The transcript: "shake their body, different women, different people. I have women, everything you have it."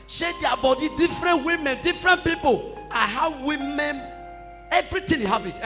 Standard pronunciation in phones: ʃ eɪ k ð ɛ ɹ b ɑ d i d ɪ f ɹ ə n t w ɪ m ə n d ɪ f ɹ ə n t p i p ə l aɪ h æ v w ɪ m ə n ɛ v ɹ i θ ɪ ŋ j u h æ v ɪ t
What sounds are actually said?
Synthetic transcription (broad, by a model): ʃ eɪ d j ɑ b ɑ d i d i f ɹ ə n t w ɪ m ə n d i f ɹ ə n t p i p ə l aɪ h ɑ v w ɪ m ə n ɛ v ɹ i t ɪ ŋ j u h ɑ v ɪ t